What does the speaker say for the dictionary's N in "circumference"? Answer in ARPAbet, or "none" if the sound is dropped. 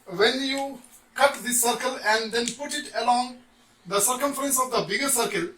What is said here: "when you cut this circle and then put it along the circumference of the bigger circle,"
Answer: N